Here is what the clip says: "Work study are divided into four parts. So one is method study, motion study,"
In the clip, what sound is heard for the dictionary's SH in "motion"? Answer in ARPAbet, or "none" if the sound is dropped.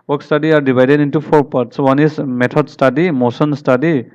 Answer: S